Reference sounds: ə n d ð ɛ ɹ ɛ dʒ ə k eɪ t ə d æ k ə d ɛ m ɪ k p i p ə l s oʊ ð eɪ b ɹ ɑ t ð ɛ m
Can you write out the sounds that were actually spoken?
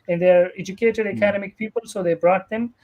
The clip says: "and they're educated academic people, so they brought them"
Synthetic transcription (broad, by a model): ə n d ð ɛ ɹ ɛ dʒ ə k eɪ t ə d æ k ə d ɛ m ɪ k p i p ə l s oʊ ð eɪ b ɹ ɑ t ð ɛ m